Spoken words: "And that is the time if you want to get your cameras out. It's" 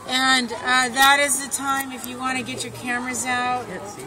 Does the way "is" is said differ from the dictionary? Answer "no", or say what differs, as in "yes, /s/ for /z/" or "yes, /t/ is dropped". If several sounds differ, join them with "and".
no